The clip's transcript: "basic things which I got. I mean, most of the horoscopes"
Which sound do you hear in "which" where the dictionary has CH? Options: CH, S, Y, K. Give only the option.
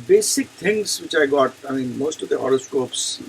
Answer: CH